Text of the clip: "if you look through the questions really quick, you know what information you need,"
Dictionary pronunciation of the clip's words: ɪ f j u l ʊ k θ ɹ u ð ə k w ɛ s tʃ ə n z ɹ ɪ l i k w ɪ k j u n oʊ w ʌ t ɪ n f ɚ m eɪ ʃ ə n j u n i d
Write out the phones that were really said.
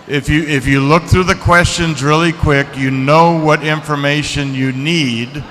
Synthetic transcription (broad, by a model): ɪ f j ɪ l ʊ k θ ɹ u ð ə k w ɛ s tʃ ə n z ɹ ɪ l i k w ɪ k j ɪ n oʊ w ʌ t ɪ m f ɚ m eɪ ʃ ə n j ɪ n i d